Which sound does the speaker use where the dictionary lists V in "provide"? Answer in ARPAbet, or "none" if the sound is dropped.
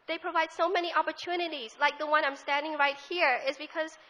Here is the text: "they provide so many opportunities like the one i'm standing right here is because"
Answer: V